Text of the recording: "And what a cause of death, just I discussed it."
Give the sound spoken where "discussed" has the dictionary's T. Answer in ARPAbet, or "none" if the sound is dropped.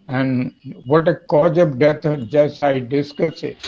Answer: none